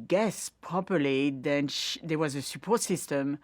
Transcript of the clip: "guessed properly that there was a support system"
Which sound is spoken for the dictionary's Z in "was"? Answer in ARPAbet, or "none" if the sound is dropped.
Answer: Z